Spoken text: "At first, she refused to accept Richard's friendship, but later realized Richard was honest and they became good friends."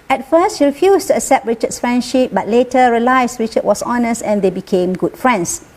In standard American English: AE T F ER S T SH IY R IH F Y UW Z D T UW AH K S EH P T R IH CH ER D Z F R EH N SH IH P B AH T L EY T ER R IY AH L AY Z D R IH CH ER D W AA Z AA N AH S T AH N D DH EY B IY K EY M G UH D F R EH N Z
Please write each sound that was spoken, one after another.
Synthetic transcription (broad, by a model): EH T F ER S T SH IY R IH F Y UW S T UW AH K S EH P T R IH CH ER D S F R EH N SH IH P B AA T L EY T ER R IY L AY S R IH CH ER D W AA S AA N AH S T AH N D EY B IY K EY M G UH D F R EH N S